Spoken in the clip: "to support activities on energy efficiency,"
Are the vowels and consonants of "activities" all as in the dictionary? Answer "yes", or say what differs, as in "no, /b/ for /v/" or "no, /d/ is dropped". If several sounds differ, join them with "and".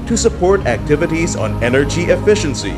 yes